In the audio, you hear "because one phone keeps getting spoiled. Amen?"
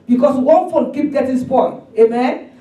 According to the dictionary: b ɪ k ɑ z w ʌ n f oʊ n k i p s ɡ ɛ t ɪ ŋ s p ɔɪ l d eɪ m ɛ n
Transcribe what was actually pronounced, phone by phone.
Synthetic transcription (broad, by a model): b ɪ k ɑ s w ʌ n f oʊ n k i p ɡ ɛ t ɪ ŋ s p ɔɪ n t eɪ m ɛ n